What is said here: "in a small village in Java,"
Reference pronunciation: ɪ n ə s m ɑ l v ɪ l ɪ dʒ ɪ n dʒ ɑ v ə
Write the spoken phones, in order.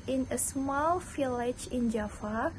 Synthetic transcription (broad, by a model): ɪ n ə s m ɑ l f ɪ l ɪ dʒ ɪ n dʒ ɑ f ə